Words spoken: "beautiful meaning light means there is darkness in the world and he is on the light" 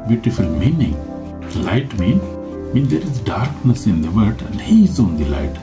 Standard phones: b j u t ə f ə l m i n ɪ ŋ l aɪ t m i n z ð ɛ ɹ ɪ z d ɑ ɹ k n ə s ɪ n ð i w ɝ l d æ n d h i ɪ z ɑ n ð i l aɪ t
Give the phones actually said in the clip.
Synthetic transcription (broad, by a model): b j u t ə f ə l m i n ɪ ŋ l aɪ t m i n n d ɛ ɹ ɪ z d ɑ ɹ k n ə s ɪ n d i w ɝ d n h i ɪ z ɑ n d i l aɪ t